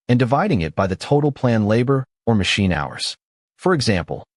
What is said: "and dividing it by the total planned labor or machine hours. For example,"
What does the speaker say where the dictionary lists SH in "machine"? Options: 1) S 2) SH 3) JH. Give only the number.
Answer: 2